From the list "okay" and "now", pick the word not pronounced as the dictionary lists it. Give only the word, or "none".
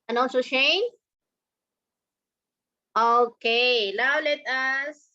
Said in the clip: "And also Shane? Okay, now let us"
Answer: now